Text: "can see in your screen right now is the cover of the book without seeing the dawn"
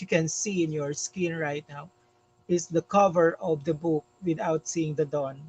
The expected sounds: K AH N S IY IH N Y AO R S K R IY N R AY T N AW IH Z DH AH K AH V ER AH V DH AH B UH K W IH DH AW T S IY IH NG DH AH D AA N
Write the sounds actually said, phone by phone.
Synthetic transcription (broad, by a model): K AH N S IY IH N Y AO R S K IY N R AY T N AW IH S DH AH K AH V ER AH V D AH B UH K W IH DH AW T S IY IH NG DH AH D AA N